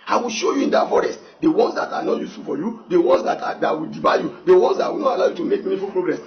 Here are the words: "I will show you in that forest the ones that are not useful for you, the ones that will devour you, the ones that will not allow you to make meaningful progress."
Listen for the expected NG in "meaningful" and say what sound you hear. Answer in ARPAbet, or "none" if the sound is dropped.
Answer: none